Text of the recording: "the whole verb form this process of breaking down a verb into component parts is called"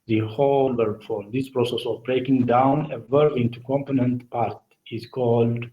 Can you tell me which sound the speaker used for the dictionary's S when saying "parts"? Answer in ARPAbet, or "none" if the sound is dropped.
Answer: none